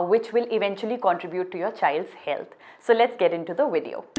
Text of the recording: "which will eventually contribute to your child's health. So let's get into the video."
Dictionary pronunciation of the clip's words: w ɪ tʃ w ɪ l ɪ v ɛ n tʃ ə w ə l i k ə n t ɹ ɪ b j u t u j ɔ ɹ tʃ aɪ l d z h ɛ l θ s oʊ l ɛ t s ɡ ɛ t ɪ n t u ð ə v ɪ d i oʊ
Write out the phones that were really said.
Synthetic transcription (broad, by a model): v ɪ tʃ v ɪ l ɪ v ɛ n tʃ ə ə l i k ə n t ɹ ɪ b j u t u j ɔ ɹ tʃ aɪ l d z h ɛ l t s oʊ l ɛ t s ɡ ɛ t ɪ n t u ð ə v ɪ d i oʊ